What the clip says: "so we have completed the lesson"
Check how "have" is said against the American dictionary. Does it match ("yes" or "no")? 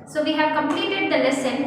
yes